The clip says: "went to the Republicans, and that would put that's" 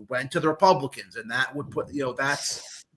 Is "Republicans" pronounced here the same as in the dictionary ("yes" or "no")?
yes